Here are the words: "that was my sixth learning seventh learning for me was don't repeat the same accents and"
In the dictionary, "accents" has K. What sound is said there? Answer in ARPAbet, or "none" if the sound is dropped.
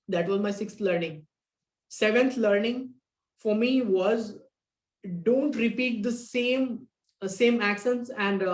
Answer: K